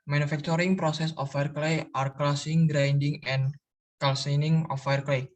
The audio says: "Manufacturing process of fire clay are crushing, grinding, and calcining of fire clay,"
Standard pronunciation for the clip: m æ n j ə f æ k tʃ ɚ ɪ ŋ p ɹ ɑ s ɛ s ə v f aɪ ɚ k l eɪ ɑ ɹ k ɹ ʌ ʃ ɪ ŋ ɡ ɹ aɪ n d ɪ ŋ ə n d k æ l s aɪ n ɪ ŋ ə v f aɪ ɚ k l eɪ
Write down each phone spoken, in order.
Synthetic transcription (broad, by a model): m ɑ n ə f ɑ k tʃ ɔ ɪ ŋ p ɹ ɑ s ɛ s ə f aɪ ɚ k l eɪ ɑ ɹ k l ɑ s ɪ ŋ ɡ ɹ aɪ n d ɪ ŋ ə n k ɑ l s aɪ n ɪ ŋ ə f aɪ ɚ k l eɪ